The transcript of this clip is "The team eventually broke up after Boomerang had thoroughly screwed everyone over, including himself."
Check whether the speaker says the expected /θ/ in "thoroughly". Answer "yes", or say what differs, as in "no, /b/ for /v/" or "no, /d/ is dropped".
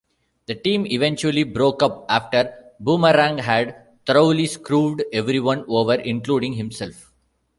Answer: no, /t/ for /θ/